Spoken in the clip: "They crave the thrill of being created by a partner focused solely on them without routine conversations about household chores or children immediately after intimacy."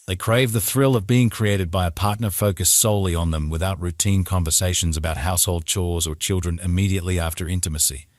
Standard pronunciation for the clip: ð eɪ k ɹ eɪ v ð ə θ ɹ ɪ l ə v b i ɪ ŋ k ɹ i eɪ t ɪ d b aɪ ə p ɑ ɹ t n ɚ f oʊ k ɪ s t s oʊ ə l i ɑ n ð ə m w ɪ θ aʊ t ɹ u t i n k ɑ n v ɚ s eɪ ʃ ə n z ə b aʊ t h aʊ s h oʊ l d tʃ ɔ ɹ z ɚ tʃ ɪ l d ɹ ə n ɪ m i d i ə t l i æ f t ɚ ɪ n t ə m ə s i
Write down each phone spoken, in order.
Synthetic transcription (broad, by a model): ð eɪ k ɹ eɪ v ð ə θ ɹ ɪ l ə v b i ɪ ŋ k ɹ i eɪ t ɪ d b aɪ ə p ɑ ɹ t n ɚ f oʊ k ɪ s s oʊ ə l i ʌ n ð ə m w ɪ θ aʊ t ɹ u t i n k ɑ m v ɚ s eɪ ʃ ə n z ə b aʊ t h aʊ s h oʊ l d tʃ ɔ ɹ z ɚ tʃ ɪ l d ɹ ə n ɪ m i d i ə t l i æ f t ɚ ɪ n t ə m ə s i